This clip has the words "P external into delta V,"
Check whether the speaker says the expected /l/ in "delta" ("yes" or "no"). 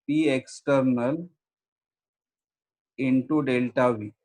yes